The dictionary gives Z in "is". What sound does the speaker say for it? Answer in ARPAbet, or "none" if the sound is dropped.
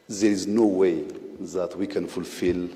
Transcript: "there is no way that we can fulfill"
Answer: Z